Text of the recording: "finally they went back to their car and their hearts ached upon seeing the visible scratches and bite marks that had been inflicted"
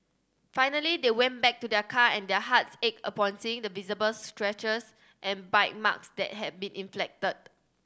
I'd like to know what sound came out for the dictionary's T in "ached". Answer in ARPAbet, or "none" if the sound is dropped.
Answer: none